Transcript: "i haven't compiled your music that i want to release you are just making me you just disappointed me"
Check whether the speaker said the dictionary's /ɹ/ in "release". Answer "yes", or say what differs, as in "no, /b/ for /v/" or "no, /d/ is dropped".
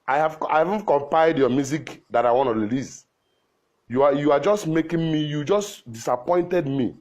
no, /l/ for /ɹ/